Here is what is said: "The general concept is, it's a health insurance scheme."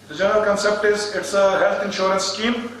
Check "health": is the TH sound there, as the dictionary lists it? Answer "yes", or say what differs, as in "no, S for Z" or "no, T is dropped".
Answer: no, T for TH